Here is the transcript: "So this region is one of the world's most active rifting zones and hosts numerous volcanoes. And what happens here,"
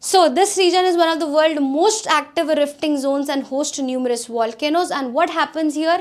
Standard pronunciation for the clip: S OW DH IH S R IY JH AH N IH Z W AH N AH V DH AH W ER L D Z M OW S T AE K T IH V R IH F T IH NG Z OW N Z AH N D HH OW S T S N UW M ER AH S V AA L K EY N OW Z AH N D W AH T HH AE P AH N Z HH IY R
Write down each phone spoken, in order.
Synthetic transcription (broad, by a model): S OW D IH S R IY JH AH N IH Z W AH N AH V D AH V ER L D M OW S T AE K T IH V R IH F T IH NG Z OW N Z AH N D HH OW S T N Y UW M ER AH S V AA L K EY N OW Z AH N D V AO T HH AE P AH N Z HH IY R